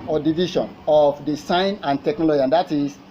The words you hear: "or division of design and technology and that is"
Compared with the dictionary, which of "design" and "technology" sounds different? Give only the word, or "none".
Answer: design